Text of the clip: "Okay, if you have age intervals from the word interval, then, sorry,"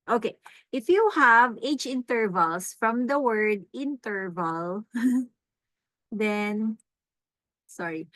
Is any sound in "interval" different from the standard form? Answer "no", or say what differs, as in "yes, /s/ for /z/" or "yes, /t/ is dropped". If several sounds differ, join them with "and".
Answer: no